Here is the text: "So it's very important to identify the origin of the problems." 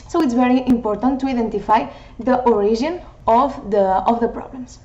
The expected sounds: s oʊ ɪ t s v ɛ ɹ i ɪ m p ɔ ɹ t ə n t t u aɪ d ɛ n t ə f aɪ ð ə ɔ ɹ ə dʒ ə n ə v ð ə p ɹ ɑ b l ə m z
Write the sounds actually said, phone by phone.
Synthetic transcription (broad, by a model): s oʊ ɪ t s v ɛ ɹ i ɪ m p ɔ ɹ t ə n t t u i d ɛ n t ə f aɪ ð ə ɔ ɹ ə ʒ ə n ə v ð ə p ɹ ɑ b l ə m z